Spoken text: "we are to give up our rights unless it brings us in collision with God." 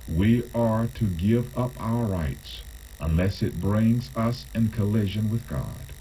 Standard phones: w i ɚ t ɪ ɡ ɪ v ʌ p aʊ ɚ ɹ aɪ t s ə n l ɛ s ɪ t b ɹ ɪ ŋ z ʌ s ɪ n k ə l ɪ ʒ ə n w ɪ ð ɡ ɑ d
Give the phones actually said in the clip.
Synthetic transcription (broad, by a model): w i ɚ t ɪ ɡ ɪ v ʌ p aʊ ɚ ɹ aɪ t s ə n l ɛ s ɪ t b ɹ ɪ ŋ z ʌ s ɪ n k ə l ɪ ʒ ə n w ɪ ð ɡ ɑ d